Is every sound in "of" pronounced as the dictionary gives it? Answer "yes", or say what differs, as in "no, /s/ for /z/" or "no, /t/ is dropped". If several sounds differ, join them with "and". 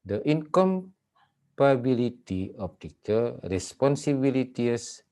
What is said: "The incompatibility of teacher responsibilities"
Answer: no, /p/ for /v/